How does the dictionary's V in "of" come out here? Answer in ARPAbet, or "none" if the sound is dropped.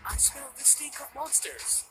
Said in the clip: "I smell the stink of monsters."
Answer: P